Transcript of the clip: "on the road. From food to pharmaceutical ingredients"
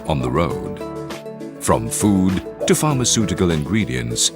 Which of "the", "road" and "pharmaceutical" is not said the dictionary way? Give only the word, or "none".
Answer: none